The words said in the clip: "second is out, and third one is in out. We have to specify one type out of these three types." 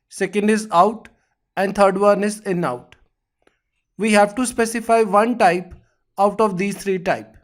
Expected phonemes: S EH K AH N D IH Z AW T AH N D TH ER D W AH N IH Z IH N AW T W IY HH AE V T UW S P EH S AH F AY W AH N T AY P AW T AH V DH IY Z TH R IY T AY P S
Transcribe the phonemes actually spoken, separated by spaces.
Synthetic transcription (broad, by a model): S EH K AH N D IH Z AW T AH N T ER D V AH N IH S IH N AW T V IY HH AE V T UW S P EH S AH F AY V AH N T AY P AW T AH V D IY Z T R IY T AY P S